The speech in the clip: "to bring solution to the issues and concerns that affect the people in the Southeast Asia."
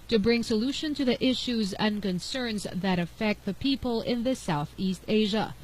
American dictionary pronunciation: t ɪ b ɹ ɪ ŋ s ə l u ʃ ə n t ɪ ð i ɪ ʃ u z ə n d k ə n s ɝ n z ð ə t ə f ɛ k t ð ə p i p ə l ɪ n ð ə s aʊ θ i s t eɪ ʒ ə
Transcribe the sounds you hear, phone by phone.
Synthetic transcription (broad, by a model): t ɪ b ɹ ɪ ŋ s ə l u ʃ ə n t ɪ ð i ɪ ʃ u z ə n k ə n s ɝ n z ð ə t ə f ɛ k t ð ə p i p ə l ɪ n ð ə s aʊ θ i s t eɪ ʒ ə